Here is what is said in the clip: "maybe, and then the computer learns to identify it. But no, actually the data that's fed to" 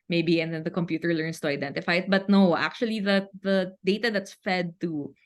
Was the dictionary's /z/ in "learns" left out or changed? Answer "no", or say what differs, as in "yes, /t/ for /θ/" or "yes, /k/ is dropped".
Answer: yes, /s/ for /z/